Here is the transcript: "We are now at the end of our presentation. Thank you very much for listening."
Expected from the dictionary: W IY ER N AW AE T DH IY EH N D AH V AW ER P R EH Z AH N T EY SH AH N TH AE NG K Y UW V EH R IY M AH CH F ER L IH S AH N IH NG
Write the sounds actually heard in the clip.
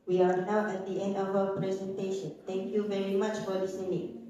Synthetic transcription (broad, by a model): W IY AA N AW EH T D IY EH N D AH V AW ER P R EH Z AH N T EY SH AH N T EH NG K Y UW V EH R IY M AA CH F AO L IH S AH N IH NG